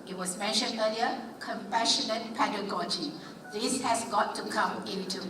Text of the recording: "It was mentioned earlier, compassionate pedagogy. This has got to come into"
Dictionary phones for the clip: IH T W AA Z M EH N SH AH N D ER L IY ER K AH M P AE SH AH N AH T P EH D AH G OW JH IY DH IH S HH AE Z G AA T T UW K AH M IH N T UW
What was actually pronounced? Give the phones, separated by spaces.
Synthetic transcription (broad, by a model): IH T W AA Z M EH N SH AH N D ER L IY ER K AH M P AE SH AH N AH T P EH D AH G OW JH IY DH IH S HH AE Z G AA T T UW K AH M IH N T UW